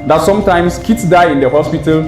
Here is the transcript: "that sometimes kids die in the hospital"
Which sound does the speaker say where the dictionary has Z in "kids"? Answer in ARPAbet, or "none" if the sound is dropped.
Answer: S